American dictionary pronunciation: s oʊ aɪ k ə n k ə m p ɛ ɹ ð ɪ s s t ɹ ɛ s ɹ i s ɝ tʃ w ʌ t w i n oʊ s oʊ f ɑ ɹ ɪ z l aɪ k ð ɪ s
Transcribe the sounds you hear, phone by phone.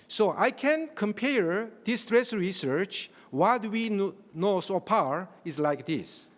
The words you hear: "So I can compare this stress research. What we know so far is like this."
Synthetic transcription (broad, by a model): s oʊ aɪ k ə n k ə m p ɛ ɹ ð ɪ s s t ɹ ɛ s ɹ i s ɝ tʃ w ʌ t w i n oʊ s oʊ p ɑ ɹ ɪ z l aɪ k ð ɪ s